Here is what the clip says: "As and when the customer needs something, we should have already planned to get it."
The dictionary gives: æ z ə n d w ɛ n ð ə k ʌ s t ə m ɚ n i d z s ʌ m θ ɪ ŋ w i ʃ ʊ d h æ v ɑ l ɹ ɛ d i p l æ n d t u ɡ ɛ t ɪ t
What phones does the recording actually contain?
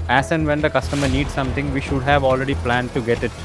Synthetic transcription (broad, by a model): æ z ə n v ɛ n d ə k ʌ s t ə m ɚ n i d s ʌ m t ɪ ŋ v i ʃ ʊ d h æ v ɑ l ɹ ɛ d i p l æ n d t u ɡ ɛ t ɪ t